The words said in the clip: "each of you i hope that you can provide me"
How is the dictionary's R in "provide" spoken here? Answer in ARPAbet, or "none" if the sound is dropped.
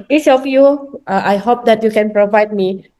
R